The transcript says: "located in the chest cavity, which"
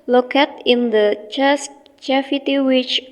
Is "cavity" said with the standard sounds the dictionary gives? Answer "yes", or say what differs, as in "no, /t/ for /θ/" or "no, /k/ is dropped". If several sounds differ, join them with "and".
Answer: no, /f/ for /v/